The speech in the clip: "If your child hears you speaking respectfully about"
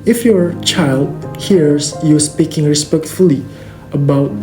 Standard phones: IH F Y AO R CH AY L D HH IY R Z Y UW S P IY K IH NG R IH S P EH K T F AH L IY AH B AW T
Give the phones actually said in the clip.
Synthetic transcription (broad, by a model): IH F Y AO CH AY L D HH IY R S Y UW S P IY K IH NG R IH S P EH K T F AH L IY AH B AW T